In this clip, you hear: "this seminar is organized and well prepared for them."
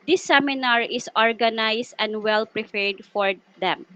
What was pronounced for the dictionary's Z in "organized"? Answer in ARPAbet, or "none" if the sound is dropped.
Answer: S